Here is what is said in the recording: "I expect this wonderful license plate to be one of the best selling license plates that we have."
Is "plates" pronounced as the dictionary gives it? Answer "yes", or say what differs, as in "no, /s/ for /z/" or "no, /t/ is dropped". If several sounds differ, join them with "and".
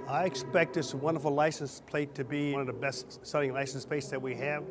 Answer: no, /l/ is dropped